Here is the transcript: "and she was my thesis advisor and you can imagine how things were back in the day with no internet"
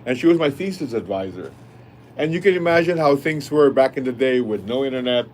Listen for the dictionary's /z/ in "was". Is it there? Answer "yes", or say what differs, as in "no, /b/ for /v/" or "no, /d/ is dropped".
yes